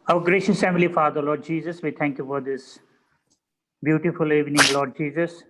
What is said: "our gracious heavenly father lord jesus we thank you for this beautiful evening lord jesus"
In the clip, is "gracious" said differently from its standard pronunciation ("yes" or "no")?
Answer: no